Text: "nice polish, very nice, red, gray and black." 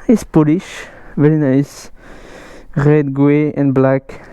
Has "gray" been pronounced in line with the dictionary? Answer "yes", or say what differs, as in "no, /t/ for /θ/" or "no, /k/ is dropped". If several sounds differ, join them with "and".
no, /w/ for /ɹ/